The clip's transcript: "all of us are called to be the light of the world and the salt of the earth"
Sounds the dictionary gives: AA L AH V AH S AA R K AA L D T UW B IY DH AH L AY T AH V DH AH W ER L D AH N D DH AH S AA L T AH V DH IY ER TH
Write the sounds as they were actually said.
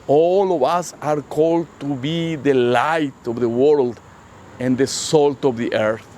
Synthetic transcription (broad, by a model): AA L AH V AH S AA R K AA L D T UW B IY DH AH L AY T AH V DH AH W ER L D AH N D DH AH S AA L T AH V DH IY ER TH